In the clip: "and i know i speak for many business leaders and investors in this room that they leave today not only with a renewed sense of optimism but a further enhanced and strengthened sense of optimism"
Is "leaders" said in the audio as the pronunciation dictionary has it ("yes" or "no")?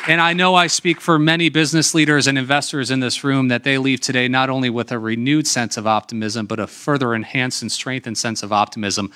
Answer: yes